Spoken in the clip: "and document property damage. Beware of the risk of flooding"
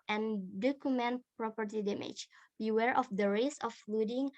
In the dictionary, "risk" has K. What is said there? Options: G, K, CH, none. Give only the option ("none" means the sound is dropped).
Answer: none